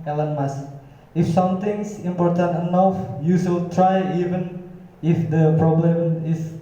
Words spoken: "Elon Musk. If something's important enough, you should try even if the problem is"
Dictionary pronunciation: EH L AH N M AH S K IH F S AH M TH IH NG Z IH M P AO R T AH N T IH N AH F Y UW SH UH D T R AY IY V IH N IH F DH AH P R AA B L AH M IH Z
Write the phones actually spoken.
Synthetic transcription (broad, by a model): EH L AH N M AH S IH F S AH M T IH NG S IH M P AO R T AH N T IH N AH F Y UW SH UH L T R AY IY V IH N IH F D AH P R AA B L AH M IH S